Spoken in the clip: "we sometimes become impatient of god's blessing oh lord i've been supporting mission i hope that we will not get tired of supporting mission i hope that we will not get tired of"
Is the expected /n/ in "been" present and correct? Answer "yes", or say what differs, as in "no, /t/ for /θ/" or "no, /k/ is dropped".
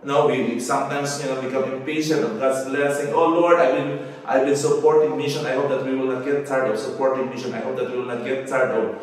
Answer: no, /l/ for /n/